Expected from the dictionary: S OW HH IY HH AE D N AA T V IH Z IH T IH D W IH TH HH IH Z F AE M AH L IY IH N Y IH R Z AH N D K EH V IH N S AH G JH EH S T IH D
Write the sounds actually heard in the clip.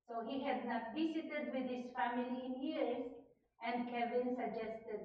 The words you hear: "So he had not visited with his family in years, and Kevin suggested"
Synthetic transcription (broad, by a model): S OW HH IY HH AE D N AA T B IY S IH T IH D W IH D HH IH Z F AE M AH L IY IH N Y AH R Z AH N D K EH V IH N S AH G JH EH S T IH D